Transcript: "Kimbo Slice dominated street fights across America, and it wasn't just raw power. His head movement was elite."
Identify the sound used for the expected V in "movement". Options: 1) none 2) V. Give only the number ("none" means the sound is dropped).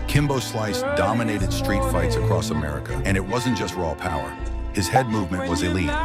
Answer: 2